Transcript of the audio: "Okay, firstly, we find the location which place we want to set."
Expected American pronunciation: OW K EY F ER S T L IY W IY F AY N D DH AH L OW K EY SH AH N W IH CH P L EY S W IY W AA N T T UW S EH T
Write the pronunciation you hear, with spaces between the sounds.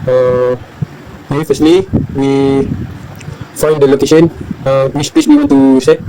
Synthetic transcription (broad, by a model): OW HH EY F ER S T L IY W IY F AY N D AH L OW K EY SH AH N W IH S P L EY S W IY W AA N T T UW S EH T